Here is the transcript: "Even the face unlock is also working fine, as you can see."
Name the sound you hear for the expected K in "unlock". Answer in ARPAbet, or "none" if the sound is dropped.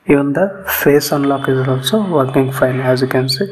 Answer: K